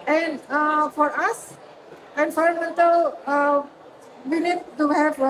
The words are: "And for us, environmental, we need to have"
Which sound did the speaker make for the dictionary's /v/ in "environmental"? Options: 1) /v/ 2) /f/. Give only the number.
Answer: 2